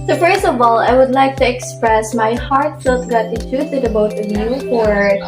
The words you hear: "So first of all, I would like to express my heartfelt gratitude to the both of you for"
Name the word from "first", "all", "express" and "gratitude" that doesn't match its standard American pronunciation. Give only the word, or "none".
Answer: gratitude